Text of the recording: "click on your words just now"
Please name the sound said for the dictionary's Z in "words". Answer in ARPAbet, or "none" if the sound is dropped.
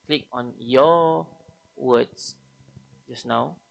S